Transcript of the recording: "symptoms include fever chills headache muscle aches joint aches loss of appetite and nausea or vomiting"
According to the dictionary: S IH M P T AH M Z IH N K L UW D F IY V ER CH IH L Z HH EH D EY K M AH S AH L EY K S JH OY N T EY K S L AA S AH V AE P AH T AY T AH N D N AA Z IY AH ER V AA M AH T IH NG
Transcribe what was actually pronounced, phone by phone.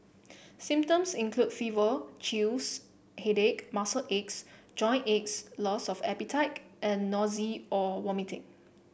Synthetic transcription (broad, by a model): S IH M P T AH M S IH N K L UW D F IY V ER CH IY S HH EH D EY K M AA S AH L EY K S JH OY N EY K S L AA S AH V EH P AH T AY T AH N N AA Z IY AH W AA M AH T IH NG